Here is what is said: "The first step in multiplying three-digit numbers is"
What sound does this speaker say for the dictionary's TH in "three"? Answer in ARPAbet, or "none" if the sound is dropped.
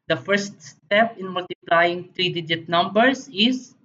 T